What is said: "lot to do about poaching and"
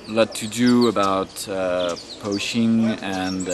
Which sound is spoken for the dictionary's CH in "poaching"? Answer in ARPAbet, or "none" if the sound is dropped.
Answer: SH